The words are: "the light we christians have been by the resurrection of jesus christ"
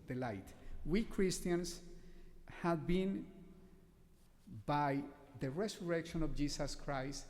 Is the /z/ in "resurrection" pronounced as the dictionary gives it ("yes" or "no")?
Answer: no